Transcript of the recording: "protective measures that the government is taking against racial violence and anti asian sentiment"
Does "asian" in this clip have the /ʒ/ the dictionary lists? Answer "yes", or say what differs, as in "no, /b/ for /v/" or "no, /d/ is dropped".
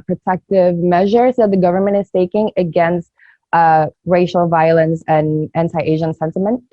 yes